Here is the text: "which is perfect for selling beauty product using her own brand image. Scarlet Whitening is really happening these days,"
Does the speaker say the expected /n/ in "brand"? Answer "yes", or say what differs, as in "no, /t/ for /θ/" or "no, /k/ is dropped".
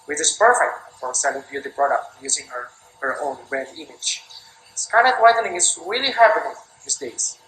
no, /n/ is dropped